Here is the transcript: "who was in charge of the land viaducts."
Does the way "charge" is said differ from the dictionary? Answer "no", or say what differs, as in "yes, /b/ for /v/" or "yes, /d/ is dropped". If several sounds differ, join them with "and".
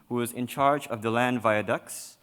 no